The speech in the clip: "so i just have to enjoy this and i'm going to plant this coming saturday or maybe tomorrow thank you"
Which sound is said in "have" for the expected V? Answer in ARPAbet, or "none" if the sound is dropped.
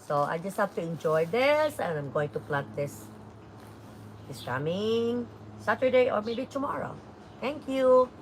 F